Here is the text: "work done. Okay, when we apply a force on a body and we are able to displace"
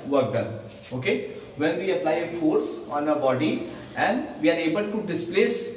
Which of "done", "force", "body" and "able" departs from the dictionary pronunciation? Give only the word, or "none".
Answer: done